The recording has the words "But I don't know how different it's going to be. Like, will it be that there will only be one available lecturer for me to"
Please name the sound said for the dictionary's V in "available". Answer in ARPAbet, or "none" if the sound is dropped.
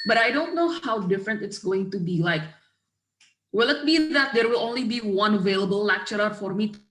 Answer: V